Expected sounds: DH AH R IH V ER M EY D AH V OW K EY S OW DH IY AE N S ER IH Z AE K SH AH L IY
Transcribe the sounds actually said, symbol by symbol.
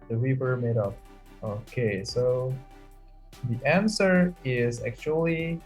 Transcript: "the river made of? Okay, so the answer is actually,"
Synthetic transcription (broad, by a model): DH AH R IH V ER M EY D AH P OW K EY S OW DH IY AE N S ER IH Z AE K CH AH L IY